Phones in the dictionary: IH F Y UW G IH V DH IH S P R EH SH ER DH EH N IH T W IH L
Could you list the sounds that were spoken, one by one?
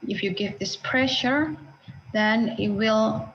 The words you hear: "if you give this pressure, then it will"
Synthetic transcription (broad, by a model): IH F Y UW G IH V DH IH S P R EH SH ER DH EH N IH T W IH L